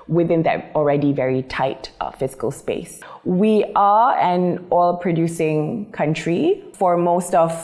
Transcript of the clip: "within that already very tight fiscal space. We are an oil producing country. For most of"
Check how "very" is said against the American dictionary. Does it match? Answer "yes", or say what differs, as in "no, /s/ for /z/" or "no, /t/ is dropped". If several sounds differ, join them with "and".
yes